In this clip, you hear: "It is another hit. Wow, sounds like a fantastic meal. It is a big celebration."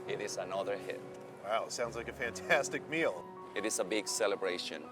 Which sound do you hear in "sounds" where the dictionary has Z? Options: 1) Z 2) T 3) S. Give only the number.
1